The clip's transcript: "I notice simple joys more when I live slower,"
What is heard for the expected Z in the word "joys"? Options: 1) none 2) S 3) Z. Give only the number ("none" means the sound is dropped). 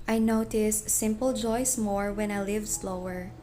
2